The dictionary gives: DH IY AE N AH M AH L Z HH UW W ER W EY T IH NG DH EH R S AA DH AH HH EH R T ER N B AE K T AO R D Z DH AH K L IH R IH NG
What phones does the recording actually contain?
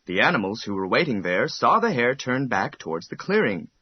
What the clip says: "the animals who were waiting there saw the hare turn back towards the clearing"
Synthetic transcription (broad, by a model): DH IY AE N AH M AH L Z HH UW W ER W EY T IH NG DH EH R S AA DH AH HH EH R T ER N B AE K T AO R D Z DH AH K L IH R IH NG